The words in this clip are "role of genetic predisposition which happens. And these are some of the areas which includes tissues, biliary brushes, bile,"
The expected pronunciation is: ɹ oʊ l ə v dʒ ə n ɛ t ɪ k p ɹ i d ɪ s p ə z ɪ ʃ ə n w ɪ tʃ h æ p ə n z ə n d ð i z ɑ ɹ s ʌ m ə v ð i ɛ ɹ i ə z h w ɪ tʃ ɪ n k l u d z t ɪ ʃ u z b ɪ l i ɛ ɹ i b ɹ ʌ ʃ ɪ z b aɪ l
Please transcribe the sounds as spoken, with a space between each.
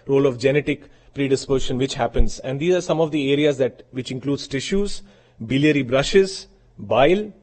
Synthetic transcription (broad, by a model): ɹ oʊ l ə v dʒ ə n ɛ t ɪ k p ɹ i d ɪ s p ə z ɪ ʃ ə n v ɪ tʃ h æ p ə n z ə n d i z ɑ ɹ s ʌ m ə v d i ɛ ɹ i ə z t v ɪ tʃ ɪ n k l u d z t ɪ ʃ u z b ɪ l i ɛ ɹ i b ɹ ʌ ʃ ɪ z b aɪ l